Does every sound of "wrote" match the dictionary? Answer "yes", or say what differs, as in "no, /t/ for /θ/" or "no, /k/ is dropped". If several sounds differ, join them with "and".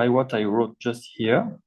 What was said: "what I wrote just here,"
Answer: yes